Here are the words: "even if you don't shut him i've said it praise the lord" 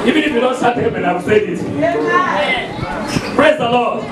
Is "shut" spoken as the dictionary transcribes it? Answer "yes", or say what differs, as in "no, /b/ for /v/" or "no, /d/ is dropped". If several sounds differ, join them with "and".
no, /s/ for /ʃ/